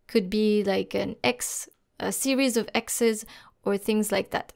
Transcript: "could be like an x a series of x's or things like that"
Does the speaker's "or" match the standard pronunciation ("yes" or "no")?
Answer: yes